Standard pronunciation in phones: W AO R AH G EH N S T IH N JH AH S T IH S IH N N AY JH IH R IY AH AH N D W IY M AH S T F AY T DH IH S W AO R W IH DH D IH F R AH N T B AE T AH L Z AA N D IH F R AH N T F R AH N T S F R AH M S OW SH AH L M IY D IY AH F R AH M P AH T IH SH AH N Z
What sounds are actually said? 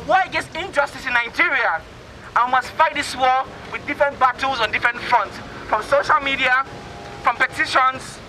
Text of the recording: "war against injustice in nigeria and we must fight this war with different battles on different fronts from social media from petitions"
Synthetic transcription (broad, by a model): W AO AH G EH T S IH N JH AH S T IH S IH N N AY JH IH R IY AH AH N W IY M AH S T F AY T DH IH S W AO W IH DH D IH F R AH N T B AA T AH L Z AA N D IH F R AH N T F R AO N T S F R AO M S OW SH AH L M IY D IY AH F R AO M P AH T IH SH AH N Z